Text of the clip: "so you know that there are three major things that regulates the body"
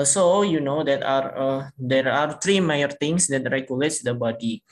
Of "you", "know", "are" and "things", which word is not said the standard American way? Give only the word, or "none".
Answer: things